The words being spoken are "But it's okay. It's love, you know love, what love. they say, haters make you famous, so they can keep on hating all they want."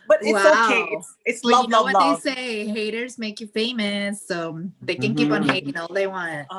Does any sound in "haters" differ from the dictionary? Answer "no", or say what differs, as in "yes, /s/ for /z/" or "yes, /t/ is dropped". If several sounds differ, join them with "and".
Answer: no